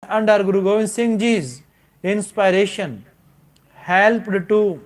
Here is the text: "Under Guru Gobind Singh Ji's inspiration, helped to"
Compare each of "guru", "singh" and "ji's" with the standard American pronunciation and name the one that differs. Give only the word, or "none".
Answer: none